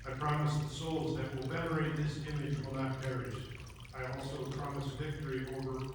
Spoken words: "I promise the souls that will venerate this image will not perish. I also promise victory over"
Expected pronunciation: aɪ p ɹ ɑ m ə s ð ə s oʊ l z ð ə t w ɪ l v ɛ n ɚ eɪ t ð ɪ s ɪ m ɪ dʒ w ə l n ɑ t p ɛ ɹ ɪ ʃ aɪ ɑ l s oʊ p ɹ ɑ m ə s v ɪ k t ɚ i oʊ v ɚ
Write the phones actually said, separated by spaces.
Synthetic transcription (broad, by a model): aɪ p ɹ ɑ m ə s ð ə s oʊ l z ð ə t w ɪ l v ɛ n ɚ eɪ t ð ɪ s ɪ m ɪ dʒ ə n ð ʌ t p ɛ ɹ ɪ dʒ aɪ ɑ l s oʊ p ɹ ɑ m ə s v ɪ k t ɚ i oʊ v ɚ